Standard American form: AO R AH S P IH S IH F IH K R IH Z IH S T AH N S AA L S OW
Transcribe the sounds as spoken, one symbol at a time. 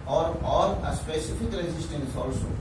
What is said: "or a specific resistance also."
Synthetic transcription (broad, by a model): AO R AH S P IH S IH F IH K L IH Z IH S T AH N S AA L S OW